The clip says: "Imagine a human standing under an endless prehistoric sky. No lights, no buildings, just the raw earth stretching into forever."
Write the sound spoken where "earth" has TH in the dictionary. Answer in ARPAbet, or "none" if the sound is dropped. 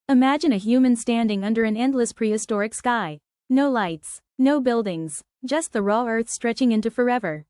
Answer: TH